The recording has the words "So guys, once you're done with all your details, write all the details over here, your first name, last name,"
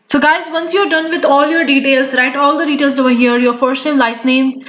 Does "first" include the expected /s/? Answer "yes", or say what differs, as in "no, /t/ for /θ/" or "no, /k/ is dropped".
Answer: no, /s/ is dropped